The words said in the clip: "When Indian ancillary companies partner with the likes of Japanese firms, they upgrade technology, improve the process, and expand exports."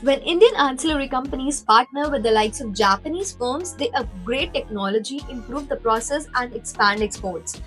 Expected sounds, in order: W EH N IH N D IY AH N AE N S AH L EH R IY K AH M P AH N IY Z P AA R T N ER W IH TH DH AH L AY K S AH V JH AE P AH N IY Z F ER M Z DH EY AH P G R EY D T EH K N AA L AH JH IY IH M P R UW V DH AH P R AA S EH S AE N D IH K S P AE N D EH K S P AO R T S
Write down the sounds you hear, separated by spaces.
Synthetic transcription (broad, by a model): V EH N IH N D IY AH N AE N S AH L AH R IY K AH M P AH N IY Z P AA R T N ER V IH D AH L AY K S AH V JH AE P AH N IY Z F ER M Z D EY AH G R EY T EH K N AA L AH JH IY IH M P R UW V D AH P R AA S EH S AE N D IH K S P AE N D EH K S P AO R T S